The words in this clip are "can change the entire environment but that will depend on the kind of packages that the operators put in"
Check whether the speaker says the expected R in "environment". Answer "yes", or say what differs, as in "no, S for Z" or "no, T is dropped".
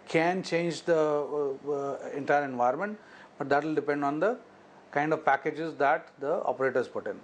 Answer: no, R is dropped